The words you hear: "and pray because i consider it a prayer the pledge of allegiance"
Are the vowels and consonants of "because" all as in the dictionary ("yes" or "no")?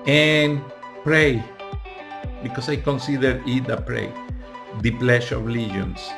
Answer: no